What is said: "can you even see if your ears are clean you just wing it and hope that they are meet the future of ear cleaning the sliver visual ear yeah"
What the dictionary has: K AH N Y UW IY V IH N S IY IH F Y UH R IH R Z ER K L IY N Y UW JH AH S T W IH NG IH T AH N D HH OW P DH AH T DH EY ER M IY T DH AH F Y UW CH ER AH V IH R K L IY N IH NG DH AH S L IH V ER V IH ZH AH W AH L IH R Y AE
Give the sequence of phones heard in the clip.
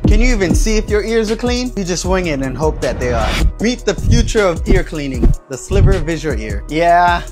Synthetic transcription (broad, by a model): K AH N Y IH IY V IH N S IY IH F Y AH R IH R Z ER K L IY N Y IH JH AH S T W IH NG IH T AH N HH OW P DH AH T DH EY ER M IY T DH AH F Y UW CH ER AH V IH R K L IY N IH NG DH AH S L IH P ER V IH Z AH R IH R Y AE